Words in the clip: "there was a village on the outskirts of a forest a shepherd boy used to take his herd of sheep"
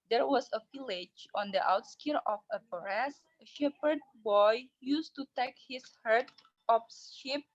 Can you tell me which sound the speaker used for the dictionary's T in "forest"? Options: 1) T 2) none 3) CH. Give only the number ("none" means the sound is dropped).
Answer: 2